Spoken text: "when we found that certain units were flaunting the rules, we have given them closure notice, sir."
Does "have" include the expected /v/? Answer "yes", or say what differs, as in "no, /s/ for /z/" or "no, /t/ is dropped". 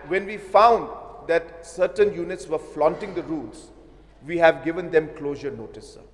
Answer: yes